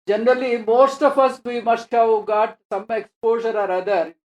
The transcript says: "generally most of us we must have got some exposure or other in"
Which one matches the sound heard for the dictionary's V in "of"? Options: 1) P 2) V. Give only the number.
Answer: 1